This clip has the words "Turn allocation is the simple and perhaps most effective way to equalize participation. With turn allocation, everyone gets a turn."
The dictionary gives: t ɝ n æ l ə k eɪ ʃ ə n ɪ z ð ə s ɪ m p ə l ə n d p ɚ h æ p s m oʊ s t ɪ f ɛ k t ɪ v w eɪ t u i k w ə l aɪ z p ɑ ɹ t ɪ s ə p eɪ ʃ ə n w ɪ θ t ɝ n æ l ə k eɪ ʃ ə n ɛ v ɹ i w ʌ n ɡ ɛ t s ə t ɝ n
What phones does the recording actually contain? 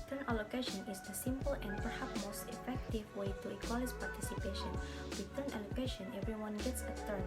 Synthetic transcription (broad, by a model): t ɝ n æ l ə k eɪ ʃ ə n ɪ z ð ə s ɪ m p ə l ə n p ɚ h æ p m oʊ s t ɪ f ɛ k t ɪ v w eɪ t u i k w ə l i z p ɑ ɹ t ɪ s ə p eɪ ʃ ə n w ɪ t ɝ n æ l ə k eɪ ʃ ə n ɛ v ɹ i w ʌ n ɡ ɛ t s ə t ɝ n